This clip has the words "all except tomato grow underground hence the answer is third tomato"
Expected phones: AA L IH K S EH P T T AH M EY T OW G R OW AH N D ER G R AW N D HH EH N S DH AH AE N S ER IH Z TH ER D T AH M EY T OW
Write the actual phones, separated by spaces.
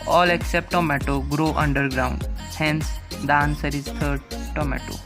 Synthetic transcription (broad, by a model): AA L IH K S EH P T T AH M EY T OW G R OW AH N D ER G R AW N D HH EH N S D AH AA N S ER IH Z T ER D T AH M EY T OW